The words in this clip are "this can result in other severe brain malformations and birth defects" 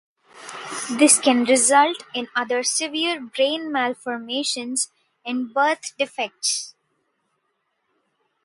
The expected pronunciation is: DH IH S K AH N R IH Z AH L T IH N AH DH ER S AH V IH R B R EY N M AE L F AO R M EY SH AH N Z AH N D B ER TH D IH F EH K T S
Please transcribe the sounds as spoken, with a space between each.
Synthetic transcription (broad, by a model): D IH S K AH N R IH Z AH L T IH N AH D ER S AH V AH R B R EY N M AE L F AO R M EY SH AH N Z AH N D B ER T D IH F EH K T S